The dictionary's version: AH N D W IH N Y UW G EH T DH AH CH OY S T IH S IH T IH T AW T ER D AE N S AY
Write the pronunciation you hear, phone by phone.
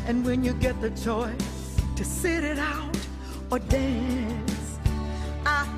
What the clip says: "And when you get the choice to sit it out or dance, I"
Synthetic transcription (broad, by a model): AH N W IH N Y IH G EH T DH AH CH OY S T IH S IH T IH T AW T ER D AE N S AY